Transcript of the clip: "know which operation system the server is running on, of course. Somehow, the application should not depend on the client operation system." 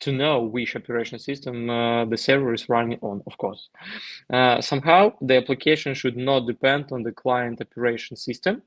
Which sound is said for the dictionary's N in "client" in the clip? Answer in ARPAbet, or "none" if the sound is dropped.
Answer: N